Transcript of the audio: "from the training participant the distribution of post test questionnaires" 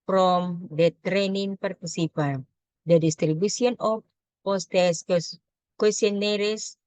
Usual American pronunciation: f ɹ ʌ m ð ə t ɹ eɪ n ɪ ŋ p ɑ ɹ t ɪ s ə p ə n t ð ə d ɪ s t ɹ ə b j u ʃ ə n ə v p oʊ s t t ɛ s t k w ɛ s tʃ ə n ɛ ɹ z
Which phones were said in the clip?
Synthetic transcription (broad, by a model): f ɹ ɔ m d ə t ɹ eɪ n ɪ ŋ p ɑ ɹ t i s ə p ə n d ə d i s t ɹ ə b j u s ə n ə f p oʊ s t t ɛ s k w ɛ s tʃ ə n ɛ ɹ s